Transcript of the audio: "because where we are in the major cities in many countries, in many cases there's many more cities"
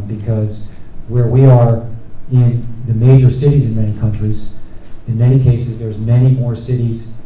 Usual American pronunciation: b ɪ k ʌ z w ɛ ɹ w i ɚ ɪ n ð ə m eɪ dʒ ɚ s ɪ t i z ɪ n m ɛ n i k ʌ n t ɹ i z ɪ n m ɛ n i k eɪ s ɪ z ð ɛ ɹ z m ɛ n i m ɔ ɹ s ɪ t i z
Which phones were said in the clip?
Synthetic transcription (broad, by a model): b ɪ k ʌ z w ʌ ɹ w i ɚ ɪ n ð ə m eɪ dʒ ɚ s ɪ t i z ɪ n m ɛ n i k ʌ n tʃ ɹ i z ɪ n m ɛ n i k eɪ s ɪ z ð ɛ ɹ z m ɛ n i m ɔ ɹ s ɪ t i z